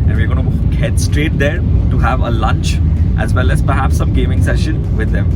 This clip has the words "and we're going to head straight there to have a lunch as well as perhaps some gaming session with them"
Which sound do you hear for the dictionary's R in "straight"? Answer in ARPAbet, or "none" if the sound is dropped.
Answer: R